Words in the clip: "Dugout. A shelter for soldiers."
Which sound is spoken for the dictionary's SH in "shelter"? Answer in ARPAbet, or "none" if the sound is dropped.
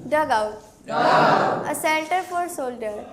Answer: S